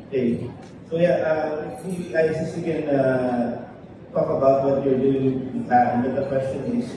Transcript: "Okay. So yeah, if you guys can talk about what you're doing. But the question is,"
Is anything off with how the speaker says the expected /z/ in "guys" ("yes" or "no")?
yes